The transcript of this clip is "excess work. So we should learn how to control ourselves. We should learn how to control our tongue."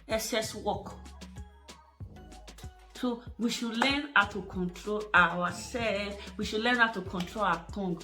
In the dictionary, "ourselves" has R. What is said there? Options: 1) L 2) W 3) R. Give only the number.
2